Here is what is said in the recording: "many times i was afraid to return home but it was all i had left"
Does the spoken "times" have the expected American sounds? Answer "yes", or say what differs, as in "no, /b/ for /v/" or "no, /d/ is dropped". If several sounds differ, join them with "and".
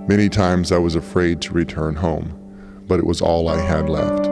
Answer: yes